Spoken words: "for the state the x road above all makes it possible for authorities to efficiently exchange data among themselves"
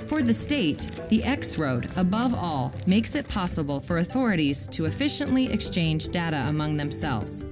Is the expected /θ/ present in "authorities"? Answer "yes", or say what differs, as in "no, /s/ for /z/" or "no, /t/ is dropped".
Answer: yes